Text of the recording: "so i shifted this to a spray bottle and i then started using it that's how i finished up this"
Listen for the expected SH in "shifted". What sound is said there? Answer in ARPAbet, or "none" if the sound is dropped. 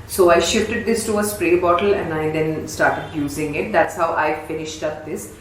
SH